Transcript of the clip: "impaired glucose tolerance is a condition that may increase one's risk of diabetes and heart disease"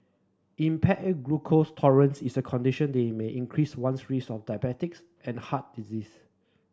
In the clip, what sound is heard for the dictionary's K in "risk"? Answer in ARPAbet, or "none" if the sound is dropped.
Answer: none